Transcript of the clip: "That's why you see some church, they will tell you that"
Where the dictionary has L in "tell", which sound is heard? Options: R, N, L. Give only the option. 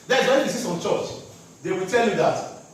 L